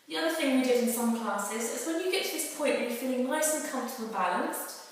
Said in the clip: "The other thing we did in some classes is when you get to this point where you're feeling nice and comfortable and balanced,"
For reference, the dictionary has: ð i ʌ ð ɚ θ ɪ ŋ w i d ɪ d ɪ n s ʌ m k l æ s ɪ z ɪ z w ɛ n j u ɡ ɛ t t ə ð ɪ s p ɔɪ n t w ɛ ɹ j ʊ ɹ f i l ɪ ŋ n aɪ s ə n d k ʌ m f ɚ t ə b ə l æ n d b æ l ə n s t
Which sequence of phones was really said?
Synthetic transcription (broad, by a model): ð i ʌ ð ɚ θ ɪ ŋ w i d ɪ d ɪ n s ʌ m k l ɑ s ɪ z ɪ z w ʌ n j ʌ ɡ ɛ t t ə ð ɪ s p ɔɪ n t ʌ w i f i l ɪ ŋ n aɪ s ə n k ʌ m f t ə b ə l b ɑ l ə n s t